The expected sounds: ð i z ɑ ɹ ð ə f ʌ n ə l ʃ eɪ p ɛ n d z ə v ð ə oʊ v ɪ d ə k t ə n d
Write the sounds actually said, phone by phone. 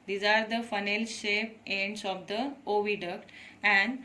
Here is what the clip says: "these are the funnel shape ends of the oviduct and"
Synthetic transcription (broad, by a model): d i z ɑ ɹ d ə f ʌ n ə l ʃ eɪ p ɛ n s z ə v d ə oʊ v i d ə k t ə n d